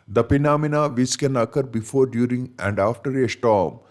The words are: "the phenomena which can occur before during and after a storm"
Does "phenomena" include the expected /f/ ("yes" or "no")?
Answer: no